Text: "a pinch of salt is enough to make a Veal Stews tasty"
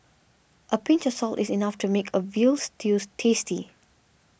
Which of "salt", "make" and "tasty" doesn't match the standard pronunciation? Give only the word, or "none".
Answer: none